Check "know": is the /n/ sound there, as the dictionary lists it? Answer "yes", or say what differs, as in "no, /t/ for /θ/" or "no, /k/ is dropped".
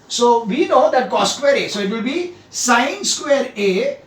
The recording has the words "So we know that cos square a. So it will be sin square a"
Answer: yes